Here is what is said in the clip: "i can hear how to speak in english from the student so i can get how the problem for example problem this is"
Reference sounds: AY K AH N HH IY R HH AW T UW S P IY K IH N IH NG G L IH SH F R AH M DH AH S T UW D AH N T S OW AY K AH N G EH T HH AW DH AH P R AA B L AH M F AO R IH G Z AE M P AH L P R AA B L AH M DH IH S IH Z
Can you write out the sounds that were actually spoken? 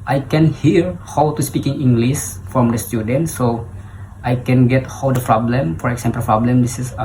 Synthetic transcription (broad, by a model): AY K AH N HH IY R HH AW T UW S P IY K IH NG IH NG G L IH S F R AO M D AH S T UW D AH N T S OW AY K AH N G EH T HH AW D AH P R AA B L AH M F AO R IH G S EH M P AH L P R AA B L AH M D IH S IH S